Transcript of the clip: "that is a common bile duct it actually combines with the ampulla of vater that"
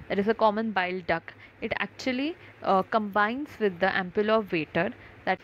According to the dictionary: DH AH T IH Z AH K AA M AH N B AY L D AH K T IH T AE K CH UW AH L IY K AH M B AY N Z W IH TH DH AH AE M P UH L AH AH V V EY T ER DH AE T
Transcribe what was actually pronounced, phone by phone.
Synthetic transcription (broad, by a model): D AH T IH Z AH K AA M AH N B AY L D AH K IH T AE K CH UW AH L IY K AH M B AY N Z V IH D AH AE M P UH L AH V V EY T ER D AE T